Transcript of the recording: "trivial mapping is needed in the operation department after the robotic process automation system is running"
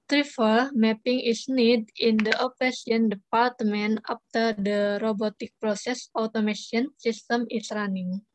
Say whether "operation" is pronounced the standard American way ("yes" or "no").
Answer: no